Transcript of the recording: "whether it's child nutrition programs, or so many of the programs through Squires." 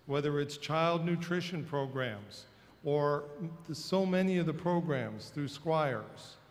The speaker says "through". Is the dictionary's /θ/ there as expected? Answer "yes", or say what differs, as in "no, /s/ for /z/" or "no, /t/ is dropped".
yes